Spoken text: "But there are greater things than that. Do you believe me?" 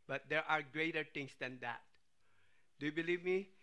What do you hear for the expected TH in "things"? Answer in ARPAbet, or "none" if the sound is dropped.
T